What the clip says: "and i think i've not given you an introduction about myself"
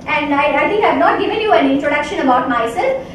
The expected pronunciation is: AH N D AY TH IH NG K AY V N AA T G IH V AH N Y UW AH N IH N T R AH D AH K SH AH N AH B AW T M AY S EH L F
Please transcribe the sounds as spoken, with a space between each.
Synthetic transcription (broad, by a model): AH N D AY T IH NG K AY V N AA T G IH V AH N Y UW AH N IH N T R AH D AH K SH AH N AH B AW T M AY S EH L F